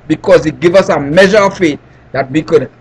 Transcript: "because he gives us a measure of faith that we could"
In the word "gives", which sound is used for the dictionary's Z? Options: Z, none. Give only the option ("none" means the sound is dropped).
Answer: none